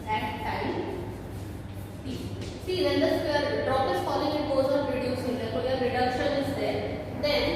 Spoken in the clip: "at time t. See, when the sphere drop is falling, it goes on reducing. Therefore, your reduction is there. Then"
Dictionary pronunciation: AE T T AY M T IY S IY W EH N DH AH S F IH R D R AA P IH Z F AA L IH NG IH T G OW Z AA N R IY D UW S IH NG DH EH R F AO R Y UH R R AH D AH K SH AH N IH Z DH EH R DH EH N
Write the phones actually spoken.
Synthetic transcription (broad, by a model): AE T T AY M S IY S IY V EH N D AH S AH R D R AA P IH S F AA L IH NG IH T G OW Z AA N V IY D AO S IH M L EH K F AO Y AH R R AH D AH K SH AH N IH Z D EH R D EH N